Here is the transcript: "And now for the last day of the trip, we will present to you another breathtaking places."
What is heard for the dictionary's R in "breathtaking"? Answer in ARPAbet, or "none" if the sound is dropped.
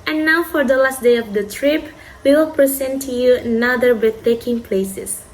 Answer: none